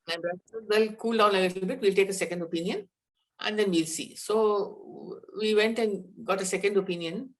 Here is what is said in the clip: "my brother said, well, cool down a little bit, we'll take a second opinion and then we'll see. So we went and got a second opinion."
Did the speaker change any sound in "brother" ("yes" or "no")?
yes